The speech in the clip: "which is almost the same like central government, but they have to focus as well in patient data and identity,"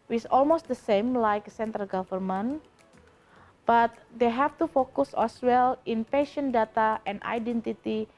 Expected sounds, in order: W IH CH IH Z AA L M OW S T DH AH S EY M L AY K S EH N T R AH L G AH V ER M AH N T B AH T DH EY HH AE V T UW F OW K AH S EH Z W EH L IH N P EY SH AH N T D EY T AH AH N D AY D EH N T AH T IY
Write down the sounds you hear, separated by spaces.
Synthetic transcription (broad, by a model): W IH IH S AA L M OW S T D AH S EY M L AY K S EH N T R AH L G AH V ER M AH N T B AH T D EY HH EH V T UW F OW K AH S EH S W EH L IH N P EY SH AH N D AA T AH AH N D AY D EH N T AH T IY